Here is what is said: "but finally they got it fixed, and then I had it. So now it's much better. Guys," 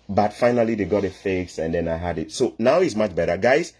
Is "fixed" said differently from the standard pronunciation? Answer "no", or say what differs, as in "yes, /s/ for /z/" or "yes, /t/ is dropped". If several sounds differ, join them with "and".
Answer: yes, /t/ is dropped